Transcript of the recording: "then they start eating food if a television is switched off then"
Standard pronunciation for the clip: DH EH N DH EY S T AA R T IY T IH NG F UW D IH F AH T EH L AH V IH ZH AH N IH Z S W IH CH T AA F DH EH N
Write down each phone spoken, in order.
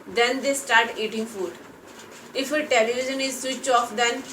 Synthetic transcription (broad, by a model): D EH N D EY S T AA R T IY T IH NG F UW D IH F AH T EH L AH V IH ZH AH N IH Z S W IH CH AA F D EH N